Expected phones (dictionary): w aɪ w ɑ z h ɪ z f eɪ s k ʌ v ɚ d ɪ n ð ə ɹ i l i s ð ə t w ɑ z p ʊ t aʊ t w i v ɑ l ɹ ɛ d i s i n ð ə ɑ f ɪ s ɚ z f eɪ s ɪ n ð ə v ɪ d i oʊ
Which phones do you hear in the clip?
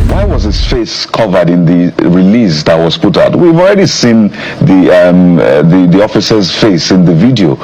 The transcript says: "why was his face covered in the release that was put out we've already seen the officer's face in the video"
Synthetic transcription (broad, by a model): w aɪ w ɑ z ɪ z f eɪ s k ʌ v ɚ d ɪ n ð ə ɹ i l i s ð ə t w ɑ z p ʊ t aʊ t w i v ɑ l ɹ ɛ d i s i n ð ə ɑ f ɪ s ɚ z f eɪ s ɪ n ð ə v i d i oʊ